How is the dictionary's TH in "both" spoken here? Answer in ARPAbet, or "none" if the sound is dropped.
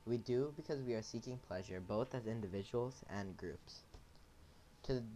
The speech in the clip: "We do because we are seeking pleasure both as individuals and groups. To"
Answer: TH